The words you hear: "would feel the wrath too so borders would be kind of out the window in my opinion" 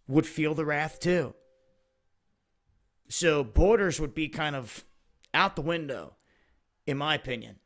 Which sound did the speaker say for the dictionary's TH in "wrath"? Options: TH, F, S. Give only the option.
TH